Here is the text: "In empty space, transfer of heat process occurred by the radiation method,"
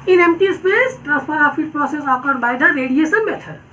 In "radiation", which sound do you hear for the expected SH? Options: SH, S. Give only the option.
S